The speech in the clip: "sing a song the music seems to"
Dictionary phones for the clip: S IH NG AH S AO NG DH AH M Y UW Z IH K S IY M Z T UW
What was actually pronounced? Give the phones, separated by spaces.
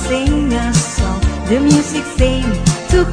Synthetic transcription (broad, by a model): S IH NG AH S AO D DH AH M Y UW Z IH K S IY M T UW